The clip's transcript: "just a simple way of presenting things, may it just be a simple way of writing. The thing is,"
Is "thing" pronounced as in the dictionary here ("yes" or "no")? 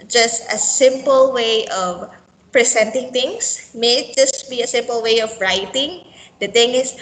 no